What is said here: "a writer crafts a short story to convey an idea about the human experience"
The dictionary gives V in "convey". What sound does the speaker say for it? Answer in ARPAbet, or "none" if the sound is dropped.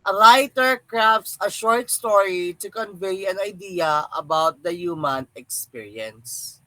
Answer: V